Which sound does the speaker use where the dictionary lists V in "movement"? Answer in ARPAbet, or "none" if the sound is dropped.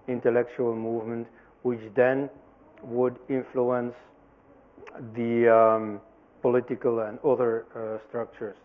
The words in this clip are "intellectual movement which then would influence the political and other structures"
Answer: V